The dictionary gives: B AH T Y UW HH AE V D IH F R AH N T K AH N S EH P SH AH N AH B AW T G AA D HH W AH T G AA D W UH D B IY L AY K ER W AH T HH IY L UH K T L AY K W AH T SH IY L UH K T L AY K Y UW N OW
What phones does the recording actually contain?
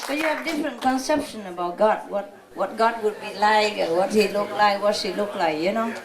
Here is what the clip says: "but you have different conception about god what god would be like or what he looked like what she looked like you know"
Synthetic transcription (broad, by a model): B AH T Y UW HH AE V D IH F R AH N T K AH N S EH P SH AH N AH B AW T G AA D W W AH T G AA D W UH D B IY L AY K ER W AH T HH IY L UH K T L AY K W AH T S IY L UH K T L AY K Y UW N OW